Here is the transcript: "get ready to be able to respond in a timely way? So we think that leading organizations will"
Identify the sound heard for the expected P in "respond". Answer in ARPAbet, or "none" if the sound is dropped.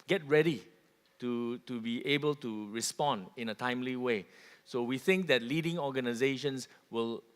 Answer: P